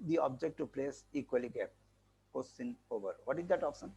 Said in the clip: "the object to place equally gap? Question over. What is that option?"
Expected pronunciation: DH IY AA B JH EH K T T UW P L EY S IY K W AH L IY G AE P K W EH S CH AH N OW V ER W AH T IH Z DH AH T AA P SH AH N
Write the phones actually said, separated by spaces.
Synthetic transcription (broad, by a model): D IY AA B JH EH K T T UW P L EY S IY K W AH L IY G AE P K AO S S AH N OW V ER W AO T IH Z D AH T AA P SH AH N